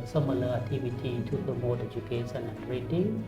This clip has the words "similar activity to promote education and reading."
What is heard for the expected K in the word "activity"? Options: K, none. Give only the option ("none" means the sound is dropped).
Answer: none